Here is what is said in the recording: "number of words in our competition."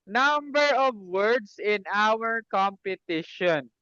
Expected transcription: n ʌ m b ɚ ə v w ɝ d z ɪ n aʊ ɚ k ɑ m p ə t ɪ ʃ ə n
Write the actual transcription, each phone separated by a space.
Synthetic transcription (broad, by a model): n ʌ m b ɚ ə v w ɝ d s ɪ n aʊ ɚ k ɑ m p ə t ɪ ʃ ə n